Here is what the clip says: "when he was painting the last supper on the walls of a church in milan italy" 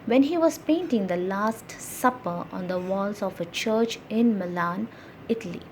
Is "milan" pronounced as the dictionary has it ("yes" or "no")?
yes